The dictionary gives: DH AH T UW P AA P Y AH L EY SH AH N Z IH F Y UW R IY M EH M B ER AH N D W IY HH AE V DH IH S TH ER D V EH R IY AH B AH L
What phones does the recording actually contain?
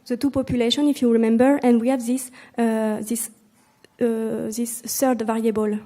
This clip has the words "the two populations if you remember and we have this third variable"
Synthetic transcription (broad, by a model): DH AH T UW P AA P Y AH L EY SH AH N IH F Y UW R IY M EH M B ER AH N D W IY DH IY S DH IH S S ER D V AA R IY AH B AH L